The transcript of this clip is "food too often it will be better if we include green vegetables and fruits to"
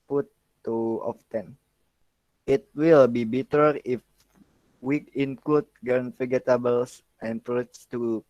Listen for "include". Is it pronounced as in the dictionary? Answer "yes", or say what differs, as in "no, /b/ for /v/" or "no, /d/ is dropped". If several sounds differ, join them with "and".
no, /l/ is dropped